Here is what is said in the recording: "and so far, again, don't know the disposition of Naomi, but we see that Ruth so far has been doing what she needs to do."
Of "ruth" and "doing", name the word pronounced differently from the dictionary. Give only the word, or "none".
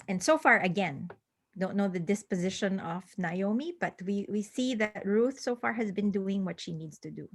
none